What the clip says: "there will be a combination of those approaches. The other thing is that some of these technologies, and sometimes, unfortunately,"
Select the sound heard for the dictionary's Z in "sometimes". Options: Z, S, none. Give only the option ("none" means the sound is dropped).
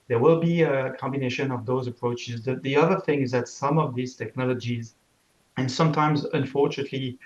Z